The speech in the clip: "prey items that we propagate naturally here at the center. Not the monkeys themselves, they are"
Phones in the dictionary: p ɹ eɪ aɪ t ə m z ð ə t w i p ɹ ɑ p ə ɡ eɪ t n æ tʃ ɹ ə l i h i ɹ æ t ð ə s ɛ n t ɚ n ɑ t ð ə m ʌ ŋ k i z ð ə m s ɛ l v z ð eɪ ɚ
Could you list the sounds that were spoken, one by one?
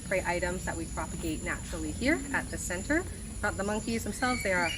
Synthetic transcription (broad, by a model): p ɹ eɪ aɪ t ə m z ð ə t w i p ɹ ɑ p ə ɡ eɪ t n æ tʃ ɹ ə l i h i ɹ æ t ð ə s ɛ n t ɚ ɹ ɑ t ð ə m ʌ ŋ k i z ð ə m s ɛ l v z ð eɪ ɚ